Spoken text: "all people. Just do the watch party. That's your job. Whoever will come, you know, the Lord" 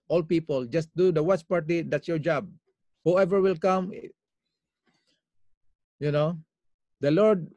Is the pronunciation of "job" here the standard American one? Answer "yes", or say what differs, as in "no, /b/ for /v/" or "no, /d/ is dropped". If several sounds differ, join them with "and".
yes